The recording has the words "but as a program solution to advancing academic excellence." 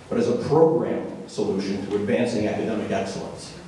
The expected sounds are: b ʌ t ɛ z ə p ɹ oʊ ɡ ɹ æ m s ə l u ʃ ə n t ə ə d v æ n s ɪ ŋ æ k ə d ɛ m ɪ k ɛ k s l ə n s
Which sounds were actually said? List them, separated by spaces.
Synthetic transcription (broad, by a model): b ʌ t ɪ z ə p ɹ oʊ ɡ ɹ æ m s ə l u ʃ ə n t ə ə d v æ n s ɪ ŋ æ k ə d ɛ m ɪ k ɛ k s l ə n s